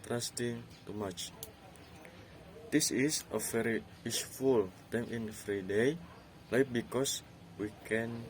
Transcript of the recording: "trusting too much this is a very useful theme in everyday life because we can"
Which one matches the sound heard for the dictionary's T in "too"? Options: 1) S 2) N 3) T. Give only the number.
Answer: 3